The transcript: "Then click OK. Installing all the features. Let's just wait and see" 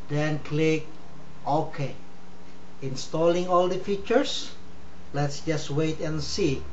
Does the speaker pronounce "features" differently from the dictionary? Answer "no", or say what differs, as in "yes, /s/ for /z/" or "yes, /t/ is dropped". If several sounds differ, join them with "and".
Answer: yes, /s/ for /z/